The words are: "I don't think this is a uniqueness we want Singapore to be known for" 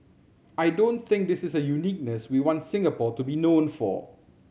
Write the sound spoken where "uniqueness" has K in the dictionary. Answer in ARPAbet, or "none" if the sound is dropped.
K